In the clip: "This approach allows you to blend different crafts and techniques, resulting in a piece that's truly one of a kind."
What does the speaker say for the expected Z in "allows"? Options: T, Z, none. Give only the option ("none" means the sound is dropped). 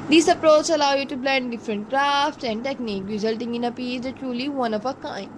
none